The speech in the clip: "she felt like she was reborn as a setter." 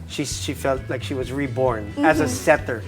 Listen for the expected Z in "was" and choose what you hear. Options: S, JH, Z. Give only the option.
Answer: Z